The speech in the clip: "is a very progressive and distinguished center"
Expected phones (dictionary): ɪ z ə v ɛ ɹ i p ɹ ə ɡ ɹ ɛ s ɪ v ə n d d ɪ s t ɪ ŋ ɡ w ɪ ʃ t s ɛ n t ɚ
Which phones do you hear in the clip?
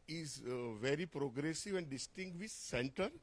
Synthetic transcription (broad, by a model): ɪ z v ɛ ɹ i p ɹ ə ɡ ɹ ɛ s ɪ v ə n d d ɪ s t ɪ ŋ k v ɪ t s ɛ n t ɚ